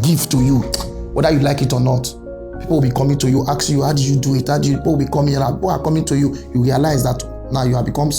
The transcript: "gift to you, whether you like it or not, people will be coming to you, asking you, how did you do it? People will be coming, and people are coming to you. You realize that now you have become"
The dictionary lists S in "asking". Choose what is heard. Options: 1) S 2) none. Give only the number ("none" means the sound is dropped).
2